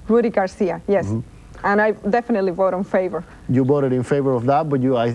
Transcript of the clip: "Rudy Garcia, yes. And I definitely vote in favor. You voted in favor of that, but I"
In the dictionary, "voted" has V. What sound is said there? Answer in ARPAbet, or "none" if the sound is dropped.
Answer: B